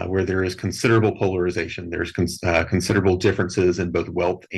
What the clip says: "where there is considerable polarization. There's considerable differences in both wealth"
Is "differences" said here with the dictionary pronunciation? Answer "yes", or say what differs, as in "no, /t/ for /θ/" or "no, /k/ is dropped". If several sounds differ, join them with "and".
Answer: yes